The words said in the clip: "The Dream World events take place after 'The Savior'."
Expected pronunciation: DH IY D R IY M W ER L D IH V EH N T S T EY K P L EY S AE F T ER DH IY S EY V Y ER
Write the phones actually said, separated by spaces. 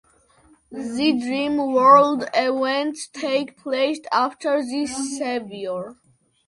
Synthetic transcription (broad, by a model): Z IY D R IY M W ER L D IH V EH N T T EY K P L EY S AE F T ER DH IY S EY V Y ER